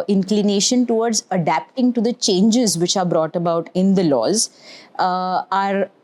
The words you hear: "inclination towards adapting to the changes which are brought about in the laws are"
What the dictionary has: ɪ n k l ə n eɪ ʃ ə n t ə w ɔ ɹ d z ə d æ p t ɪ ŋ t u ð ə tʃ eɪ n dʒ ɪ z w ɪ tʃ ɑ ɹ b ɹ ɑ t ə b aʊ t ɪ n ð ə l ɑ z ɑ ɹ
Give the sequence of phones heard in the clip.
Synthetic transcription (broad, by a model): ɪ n k l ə n eɪ ʃ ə n t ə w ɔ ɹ d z ə d æ p t ɪ ŋ t u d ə tʃ eɪ n dʒ ɪ z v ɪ tʃ ɑ ɹ b ɹ ɑ t ə b aʊ t ɪ n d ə l ɑ z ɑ ɹ